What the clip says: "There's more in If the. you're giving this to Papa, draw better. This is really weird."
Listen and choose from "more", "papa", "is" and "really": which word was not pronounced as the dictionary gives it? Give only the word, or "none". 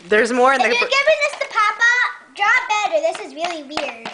none